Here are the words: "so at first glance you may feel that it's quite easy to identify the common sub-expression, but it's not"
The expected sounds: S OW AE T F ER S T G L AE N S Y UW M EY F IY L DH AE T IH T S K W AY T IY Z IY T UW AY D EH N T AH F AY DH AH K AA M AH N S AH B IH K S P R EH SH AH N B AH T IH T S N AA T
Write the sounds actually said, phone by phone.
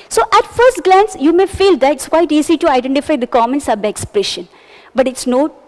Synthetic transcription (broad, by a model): S OW AE T F ER S T G L AE N S Y UW M EY F IY L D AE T IH T S K W AY T IY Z IY T UW AY D EH N T AH F AY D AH K AA M AH N S AH B IH K S P R EH SH AH N B AH T IH T S N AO